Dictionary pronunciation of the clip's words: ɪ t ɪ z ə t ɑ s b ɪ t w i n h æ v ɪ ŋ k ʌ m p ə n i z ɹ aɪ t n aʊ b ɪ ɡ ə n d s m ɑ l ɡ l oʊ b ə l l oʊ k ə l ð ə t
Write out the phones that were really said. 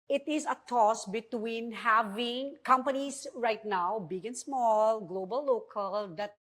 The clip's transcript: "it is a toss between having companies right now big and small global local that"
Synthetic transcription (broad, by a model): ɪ t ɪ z ə t ɑ s b ɪ t w i n h æ v ɪ ŋ k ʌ m p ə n i s ɹ aɪ t n aʊ b ɪ ɡ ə n s m ɑ l ɡ l oʊ b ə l l oʊ k ə l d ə t